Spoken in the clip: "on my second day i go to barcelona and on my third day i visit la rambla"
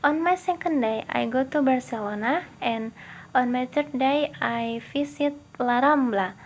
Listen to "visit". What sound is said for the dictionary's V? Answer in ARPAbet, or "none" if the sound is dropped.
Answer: F